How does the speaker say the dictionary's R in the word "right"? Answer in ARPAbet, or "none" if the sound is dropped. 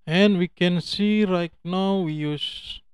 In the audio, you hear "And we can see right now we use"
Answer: R